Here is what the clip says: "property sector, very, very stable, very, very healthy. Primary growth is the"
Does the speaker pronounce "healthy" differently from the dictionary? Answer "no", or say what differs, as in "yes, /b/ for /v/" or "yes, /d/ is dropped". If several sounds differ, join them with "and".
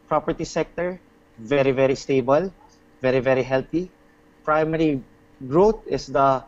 yes, /t/ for /θ/